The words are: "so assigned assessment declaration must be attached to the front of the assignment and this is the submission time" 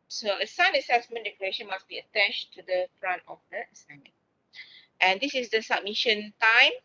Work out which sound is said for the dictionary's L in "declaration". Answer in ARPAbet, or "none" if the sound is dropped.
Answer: none